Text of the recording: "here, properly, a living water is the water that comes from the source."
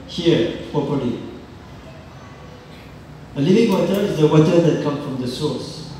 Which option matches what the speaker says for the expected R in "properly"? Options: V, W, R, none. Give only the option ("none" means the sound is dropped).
none